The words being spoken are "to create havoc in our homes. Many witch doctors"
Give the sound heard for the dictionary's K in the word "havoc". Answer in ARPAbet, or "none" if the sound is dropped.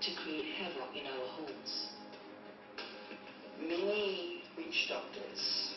none